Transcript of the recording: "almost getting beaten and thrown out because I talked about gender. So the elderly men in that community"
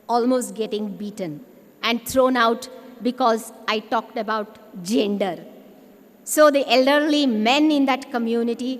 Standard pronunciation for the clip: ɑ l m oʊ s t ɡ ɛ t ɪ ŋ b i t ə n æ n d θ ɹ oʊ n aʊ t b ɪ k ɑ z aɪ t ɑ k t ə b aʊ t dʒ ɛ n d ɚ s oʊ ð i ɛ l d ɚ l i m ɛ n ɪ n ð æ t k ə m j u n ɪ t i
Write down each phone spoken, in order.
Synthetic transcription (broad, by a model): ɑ l m oʊ s t ɡ ɛ t ɪ ŋ b i t ə n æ n d t ɹ oʊ n aʊ t b ɪ k ɑ z aɪ t ɑ k t ə b aʊ t dʒ ɛ n d ɚ s oʊ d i ɛ l d ɚ l i m ɛ n ɪ n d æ t k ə m j u n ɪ t i